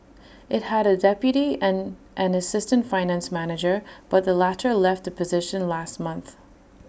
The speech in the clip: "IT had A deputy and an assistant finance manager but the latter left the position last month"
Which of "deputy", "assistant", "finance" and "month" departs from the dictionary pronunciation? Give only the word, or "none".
none